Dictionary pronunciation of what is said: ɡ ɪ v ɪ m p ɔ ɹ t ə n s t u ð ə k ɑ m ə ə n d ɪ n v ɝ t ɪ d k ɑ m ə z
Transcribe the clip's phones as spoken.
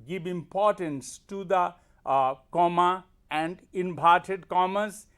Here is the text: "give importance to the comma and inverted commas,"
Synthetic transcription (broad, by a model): ɡ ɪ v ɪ m p ɔ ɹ t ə n s t u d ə k ɑ m ə ə n d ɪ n b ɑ t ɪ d k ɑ m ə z